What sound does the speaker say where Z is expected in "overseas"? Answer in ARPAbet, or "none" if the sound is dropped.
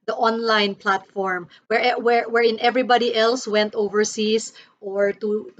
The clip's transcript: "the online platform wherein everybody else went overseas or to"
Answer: S